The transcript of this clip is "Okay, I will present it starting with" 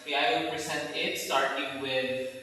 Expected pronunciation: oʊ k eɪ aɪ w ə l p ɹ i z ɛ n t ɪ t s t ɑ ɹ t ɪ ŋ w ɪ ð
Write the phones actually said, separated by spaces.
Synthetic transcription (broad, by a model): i aɪ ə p i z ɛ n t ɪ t s t ɑ ɹ t ɪ ŋ w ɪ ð